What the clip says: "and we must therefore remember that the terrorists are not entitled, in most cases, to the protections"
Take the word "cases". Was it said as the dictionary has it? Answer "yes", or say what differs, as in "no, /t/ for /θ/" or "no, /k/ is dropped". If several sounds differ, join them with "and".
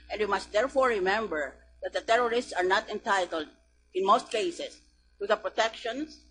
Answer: no, /s/ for /z/